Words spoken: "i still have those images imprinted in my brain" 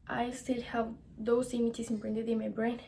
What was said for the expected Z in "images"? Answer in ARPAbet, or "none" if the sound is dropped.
S